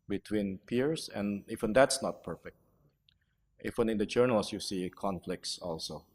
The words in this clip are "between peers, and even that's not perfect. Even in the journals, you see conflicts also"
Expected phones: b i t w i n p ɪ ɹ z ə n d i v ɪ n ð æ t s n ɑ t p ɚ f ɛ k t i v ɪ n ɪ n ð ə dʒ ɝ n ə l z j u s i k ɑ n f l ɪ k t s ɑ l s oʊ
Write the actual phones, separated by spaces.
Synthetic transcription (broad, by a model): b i t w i n p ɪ ɹ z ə n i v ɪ n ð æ t s n ɑ t p ɚ f ɛ k t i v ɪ n ɪ n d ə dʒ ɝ n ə l s j u s i k ɑ n f l ɪ k t s ɑ l s oʊ